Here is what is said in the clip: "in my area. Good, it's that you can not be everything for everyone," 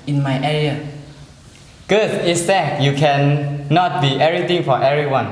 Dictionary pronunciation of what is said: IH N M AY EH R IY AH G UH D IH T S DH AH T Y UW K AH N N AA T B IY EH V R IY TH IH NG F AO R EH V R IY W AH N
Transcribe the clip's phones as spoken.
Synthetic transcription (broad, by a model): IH N M AY EH R IY AH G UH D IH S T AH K Y UW K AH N N AA T B IY EH R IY T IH NG F AO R EH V R IY W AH N